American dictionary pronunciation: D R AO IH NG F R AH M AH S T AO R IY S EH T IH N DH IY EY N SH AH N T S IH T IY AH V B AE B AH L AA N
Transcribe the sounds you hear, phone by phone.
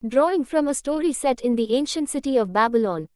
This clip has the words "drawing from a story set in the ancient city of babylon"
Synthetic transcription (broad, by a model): D R AO IH NG F R AH M AH S T AO R IY S EH T IH N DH IY EY N SH AH N T S IH T IY AH V B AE B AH L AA N